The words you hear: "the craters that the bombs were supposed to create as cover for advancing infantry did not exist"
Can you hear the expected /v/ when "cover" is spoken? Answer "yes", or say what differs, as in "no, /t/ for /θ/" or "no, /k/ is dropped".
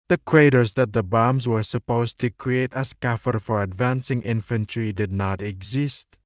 no, /f/ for /v/